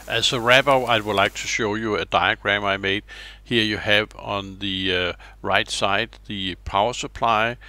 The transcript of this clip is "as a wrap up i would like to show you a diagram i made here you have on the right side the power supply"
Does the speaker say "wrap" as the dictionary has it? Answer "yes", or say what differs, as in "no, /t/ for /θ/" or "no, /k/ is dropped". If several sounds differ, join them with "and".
no, /b/ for /p/